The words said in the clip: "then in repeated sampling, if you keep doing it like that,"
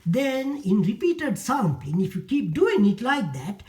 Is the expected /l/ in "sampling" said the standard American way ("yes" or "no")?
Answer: no